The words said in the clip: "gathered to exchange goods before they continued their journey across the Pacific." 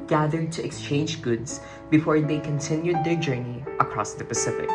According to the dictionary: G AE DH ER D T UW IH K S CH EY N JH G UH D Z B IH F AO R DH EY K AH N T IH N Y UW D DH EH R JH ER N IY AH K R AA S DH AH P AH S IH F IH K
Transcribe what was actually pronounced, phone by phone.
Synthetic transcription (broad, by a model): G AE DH ER D T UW IH K S CH EY N JH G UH D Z B IH F AO R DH EY K AH N T IH N Y UW D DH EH R JH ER N IY AH K R AA S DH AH P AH S IH F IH K